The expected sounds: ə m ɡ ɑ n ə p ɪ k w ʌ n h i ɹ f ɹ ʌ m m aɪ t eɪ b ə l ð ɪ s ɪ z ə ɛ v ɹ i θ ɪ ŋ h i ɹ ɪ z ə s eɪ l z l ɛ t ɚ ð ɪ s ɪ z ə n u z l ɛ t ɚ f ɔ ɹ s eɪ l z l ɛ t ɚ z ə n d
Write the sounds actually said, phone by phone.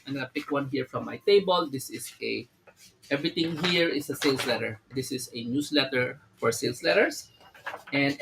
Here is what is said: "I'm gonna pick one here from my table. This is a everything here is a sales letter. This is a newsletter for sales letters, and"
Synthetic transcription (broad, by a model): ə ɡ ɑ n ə p ɪ k w ʌ n h i ɹ f ɹ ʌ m m aɪ t eɪ b ə l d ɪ s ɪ s ə ɛ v ɹ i t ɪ ŋ h i ɹ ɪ s ə s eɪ l s l ɛ t ɚ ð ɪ s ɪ s ə n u s l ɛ t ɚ f ɔ ɹ s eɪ l s l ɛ t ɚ s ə n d